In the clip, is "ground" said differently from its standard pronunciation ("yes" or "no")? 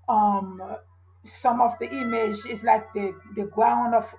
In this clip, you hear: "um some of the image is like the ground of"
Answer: yes